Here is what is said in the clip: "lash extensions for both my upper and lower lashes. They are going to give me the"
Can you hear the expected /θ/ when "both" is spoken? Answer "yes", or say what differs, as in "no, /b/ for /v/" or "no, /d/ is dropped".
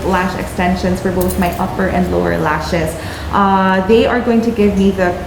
yes